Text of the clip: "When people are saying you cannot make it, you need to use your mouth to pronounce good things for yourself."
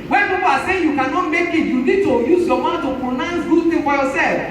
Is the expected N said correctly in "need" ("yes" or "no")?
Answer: no